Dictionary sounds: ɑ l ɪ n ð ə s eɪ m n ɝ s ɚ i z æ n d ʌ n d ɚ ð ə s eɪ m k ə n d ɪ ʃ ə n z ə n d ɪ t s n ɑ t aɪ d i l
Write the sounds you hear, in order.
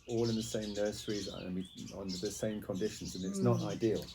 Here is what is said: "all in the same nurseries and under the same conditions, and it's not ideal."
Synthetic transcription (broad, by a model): ɑ l ɪ n ð ə s eɪ m n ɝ s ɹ i z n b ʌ n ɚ ð ə s eɪ m k ə n d ɪ ʃ ə n z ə n ɪ t s n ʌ t aɪ d i l